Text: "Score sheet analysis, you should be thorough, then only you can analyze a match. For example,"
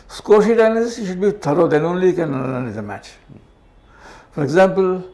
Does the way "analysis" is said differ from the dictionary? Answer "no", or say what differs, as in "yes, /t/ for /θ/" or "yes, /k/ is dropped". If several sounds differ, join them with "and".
yes, /n/ is dropped and /n/ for /l/